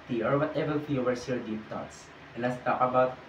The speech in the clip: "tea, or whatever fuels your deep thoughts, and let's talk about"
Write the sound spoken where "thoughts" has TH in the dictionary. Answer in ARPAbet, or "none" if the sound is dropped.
T